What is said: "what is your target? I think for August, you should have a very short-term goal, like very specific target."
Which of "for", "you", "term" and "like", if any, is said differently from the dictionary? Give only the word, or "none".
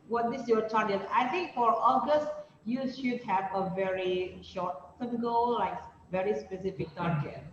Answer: term